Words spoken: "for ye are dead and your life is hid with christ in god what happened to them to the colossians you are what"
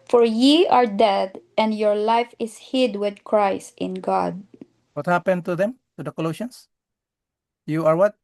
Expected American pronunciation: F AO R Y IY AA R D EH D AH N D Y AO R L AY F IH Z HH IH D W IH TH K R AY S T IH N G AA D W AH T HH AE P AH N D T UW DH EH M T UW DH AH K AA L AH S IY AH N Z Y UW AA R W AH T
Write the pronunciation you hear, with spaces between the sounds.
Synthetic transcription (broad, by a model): F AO R Y IY AA R D EH D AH N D Y AO R L AY F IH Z HH IH D W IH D K R AY S T IH N G AA D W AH T HH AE P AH N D T UW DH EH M T UW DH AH K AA L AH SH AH N S Y UW AA R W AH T